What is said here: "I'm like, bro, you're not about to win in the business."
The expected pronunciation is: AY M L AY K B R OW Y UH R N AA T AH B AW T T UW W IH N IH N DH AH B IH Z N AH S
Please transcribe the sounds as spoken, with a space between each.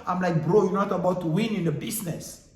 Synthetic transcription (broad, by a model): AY M L AY K B R OW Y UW N AA T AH B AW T T UW W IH N IH N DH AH B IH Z N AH S